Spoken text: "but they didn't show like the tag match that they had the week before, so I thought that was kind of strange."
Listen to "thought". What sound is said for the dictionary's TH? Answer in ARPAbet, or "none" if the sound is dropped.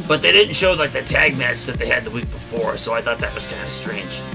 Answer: TH